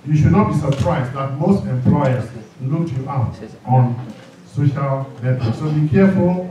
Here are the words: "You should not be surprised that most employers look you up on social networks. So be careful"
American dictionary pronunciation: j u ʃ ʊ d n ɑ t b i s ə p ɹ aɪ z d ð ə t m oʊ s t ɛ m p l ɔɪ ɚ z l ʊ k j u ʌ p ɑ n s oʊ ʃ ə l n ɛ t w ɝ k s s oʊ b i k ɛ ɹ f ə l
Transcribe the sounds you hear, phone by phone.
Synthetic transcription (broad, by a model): j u ʃ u d n ɑ t b i s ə p ɹ aɪ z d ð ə t m oʊ s t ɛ m p l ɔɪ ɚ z l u k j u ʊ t ɑ n s oʊ ʃ ə l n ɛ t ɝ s s oʊ b i k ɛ f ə l